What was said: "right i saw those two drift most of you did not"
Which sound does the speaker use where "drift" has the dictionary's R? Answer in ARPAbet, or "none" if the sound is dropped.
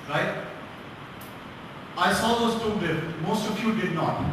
none